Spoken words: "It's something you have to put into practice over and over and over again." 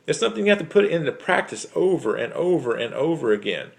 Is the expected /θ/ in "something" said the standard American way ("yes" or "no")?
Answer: yes